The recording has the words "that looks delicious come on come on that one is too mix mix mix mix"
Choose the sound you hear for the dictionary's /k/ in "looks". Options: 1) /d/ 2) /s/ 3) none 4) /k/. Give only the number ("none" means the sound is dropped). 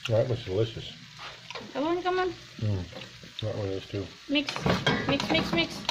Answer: 3